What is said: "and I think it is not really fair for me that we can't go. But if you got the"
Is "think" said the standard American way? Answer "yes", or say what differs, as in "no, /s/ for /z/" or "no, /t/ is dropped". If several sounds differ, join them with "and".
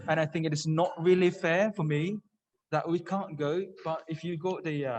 yes